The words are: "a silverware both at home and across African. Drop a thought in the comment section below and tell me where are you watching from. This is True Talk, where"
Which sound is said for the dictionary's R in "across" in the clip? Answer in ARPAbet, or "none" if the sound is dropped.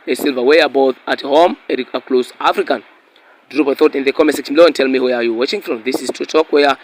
L